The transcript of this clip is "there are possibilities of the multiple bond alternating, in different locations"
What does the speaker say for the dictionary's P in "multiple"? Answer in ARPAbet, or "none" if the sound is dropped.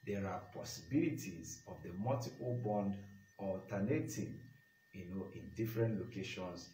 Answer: none